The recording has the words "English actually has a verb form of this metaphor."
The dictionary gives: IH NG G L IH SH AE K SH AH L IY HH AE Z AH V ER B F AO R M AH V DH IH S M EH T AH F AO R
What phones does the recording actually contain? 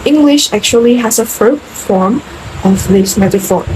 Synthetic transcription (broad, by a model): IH NG G L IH SH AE K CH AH L IY HH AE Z AH F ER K F AO R M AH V DH IH S M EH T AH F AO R